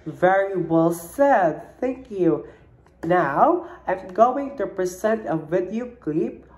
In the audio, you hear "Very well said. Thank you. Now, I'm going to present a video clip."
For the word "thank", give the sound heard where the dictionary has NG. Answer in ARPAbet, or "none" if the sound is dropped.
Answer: NG